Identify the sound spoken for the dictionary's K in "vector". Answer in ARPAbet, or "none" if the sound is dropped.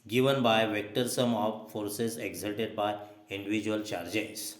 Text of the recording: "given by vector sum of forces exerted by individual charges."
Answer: K